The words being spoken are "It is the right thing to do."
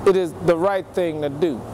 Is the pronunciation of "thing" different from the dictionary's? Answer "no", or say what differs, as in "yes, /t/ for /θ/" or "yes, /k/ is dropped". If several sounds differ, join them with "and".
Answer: no